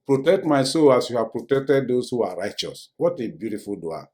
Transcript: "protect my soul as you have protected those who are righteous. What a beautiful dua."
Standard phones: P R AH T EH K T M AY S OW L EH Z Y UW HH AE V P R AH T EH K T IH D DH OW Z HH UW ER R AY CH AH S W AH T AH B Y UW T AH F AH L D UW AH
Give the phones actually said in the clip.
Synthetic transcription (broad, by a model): P R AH T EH K T M AY S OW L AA S Y UW HH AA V P R AH T EH K T IH D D OW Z HH UW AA R AY CH AH S W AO T AH B Y UW T AH F AH L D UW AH